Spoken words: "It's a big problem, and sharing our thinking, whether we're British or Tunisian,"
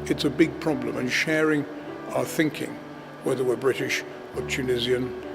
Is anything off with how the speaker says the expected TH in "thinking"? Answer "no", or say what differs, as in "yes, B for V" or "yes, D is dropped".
no